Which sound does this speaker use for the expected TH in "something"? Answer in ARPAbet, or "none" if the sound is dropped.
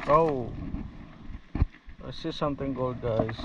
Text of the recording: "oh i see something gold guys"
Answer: T